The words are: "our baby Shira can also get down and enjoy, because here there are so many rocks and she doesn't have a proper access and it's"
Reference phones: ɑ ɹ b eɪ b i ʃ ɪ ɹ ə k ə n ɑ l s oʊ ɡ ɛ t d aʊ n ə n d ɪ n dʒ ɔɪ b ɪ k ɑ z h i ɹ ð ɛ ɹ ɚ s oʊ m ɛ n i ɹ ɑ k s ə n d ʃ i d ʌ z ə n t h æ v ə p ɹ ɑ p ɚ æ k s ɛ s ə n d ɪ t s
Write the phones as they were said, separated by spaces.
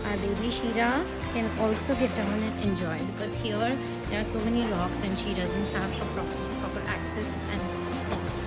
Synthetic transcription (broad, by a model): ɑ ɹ b eɪ b i ʃ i ɹ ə k ə n ɑ l s oʊ ɡ ɛ t d aʊ n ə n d ɪ n dʒ ɔɪ b ɪ k ɑ z h i ɹ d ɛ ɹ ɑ s oʊ m ɛ n i l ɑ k s ə n d ʃ i d ʌ z ə n t h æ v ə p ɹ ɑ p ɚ æ k s ɛ s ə n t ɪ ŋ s